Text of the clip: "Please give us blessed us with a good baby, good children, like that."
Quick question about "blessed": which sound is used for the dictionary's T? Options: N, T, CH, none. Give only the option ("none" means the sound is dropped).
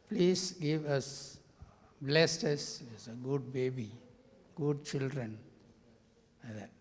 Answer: T